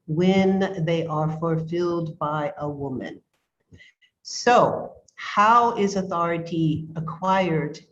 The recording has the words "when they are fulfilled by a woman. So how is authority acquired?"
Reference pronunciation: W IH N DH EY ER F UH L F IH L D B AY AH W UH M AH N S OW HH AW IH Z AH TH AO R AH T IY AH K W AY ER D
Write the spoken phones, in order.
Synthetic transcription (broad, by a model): W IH N DH EY ER F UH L F IH L D B AY AH W UH M AH N S OW HH AW IH Z AH TH AO R AH T IY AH K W AY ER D